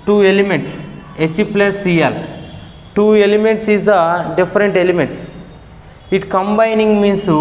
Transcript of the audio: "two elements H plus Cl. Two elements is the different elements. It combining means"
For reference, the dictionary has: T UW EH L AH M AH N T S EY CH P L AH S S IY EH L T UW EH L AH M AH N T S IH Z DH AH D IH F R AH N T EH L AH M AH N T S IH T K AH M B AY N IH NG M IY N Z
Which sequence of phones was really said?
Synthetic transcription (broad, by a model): T UW EH L AH M AH N T S EY CH P L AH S S IY EH L T UW EH L AH M AH N T S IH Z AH D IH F R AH N T EH L AH M AH N T S IH T K AH M B AY N IH NG M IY N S